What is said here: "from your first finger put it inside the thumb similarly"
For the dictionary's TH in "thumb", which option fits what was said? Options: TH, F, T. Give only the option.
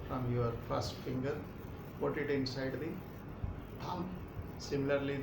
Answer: T